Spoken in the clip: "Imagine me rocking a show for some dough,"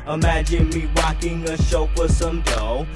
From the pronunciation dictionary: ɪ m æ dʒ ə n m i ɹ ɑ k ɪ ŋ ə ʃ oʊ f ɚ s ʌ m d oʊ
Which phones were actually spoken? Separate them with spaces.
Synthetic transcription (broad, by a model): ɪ m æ dʒ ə n m i w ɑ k ɪ ŋ ə ʃ oʊ p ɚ s ʌ m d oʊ